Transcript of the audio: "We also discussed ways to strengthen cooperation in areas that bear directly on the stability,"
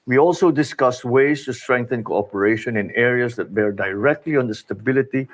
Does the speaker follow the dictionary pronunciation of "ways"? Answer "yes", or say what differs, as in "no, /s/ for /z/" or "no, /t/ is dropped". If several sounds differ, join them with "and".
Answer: no, /s/ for /z/